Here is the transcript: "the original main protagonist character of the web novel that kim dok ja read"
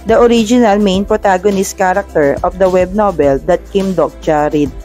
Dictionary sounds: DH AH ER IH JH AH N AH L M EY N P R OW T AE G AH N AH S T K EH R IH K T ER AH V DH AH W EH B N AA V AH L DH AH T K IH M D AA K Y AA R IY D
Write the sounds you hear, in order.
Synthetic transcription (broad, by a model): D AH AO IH JH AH N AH L M EY N P R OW T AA G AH N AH S T K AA R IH K T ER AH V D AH W EH B N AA B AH L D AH T K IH M D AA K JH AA R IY D